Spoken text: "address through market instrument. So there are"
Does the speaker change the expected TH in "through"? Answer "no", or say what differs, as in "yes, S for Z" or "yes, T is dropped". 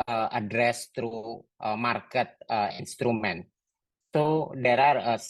yes, T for TH